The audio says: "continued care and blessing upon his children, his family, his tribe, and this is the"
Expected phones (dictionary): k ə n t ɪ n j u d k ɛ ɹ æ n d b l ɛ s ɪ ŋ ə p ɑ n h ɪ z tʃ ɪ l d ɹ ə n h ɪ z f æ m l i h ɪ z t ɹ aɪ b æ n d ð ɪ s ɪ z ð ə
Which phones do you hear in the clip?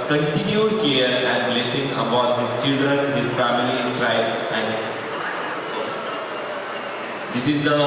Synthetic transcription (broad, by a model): k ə n t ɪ n j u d k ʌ ɹ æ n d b l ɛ s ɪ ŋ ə b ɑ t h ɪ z tʃ ɪ l d ɹ ə n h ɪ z f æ m i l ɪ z t ɹ aɪ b æ n d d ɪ s ɪ z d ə